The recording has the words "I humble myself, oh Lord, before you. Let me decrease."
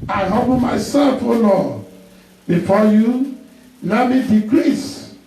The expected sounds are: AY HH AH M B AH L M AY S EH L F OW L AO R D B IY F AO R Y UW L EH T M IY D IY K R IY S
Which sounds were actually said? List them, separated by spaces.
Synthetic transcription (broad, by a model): AY HH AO B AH M AY S EH L F OW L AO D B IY F AO Y UW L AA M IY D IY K R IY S